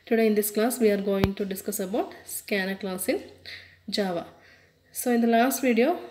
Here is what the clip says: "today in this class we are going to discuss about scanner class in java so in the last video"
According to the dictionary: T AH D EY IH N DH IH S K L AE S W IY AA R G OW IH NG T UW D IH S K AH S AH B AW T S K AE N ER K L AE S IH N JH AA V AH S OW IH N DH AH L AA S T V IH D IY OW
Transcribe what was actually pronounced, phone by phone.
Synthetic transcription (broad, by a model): T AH D EY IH N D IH S K L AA S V IY AA R G OW IH NG T UW D IH S K AH S AH B AW T S K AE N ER K L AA S IH N JH AA V AH S OW IH N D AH L AA S T V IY D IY OW